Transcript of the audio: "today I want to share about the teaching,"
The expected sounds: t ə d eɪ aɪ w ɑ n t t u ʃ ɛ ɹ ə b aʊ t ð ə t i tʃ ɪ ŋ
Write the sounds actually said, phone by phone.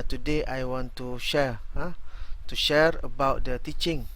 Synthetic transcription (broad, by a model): t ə d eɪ aɪ w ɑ n t t u ʃ ɛ ɹ ə b aʊ t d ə t i tʃ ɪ ŋ